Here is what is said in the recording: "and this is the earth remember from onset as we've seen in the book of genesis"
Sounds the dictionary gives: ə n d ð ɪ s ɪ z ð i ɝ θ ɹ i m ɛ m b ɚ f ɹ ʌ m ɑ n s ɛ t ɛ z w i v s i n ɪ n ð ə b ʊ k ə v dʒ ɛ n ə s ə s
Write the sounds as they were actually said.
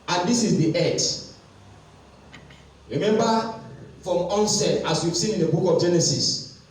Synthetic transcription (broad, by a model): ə n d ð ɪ s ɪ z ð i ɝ t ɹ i m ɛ m b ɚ f ɹ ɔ m ɑ n s ɛ t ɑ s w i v s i ɪ n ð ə b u k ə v dʒ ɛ n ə s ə s